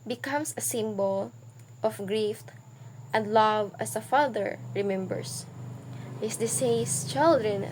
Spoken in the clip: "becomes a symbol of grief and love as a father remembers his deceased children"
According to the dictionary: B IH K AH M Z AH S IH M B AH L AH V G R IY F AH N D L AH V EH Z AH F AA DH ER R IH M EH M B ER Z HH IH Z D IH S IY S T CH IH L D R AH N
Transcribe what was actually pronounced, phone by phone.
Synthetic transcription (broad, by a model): B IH K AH M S AH S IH M B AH L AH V G R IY F AH N D L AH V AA S AH F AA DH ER R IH M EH M B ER S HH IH S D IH S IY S CH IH L D R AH N